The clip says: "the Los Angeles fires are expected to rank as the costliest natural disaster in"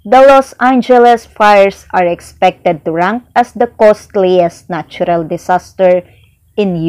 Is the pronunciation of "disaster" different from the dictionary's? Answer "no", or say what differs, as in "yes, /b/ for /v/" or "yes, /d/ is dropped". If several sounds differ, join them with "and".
yes, /s/ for /z/